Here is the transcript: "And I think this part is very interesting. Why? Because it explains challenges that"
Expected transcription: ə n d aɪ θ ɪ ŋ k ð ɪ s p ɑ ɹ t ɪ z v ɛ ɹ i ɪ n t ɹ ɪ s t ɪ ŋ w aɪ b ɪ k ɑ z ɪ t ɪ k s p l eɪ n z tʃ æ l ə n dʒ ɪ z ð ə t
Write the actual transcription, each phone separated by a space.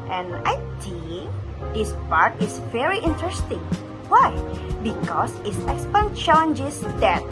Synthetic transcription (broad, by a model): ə n aɪ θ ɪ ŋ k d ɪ s p ɑ ɹ t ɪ s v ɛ ɹ i ɪ n t ɹ ɪ s t ɪ ŋ w aɪ b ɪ k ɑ s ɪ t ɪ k s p eɪ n tʃ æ l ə n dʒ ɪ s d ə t